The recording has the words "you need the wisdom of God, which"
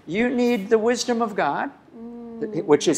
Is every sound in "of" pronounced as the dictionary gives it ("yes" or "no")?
yes